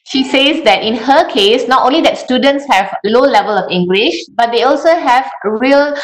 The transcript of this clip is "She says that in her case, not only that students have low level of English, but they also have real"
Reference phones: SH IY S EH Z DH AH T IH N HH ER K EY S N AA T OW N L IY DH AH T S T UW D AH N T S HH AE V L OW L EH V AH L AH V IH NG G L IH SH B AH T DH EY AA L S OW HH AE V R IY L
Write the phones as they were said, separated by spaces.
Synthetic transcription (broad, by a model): SH IY S EH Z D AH T IH N HH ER K EY S N AA T OW N L IY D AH T S T UW D AH N T S HH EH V L OW L EH V AH L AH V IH NG G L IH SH B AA T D EY AA L S OW HH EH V R IY L